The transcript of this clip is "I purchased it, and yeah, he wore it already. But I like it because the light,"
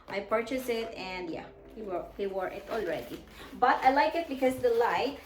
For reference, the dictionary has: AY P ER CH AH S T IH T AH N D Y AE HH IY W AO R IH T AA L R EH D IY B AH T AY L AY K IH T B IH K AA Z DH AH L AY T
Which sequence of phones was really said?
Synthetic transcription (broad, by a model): AY P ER CH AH S IH T AH N D Y AE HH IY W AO R IH T AA L R EH D IY B AH T AY L AY K IH T B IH K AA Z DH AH L AY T